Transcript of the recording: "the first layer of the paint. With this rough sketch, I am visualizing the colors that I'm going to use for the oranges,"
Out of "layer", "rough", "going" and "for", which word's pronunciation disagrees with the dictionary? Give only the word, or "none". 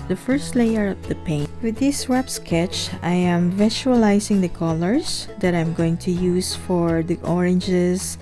rough